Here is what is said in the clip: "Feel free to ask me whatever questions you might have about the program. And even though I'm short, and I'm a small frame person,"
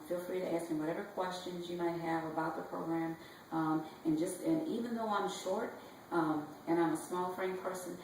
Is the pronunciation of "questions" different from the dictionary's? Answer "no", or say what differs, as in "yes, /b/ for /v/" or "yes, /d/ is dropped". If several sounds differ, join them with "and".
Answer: no